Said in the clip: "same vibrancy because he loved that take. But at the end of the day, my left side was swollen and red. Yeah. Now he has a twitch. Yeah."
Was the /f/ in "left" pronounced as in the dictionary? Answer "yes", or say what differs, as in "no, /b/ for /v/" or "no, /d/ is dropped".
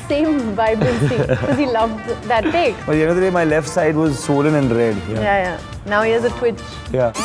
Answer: yes